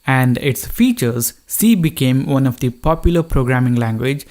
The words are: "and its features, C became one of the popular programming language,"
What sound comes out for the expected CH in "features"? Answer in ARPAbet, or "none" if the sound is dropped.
CH